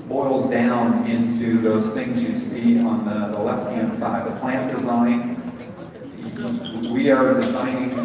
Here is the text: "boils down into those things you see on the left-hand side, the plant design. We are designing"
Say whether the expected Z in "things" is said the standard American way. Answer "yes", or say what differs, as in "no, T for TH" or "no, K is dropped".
yes